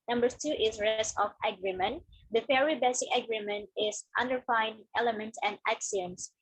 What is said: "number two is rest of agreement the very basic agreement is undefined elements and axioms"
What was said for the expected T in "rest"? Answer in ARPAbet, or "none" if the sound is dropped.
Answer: none